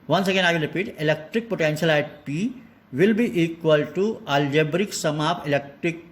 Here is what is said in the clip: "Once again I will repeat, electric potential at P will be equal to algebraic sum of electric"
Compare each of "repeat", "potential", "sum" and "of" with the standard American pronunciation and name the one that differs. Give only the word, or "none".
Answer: of